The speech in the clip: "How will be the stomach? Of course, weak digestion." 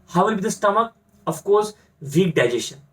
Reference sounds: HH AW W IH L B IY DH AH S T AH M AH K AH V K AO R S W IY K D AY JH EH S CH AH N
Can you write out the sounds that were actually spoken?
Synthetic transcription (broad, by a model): HH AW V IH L B IY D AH S T AH M AH K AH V K AO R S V IY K D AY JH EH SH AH N